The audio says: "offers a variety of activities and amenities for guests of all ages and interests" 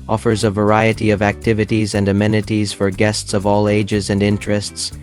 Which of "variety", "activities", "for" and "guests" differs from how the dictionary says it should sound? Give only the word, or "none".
none